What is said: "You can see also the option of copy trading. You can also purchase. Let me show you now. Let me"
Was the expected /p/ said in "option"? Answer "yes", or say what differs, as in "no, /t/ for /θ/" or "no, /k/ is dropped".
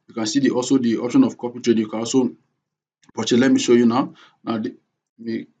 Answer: yes